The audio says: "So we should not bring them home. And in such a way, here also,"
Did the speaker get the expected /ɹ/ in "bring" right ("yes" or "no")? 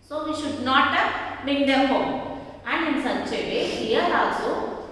no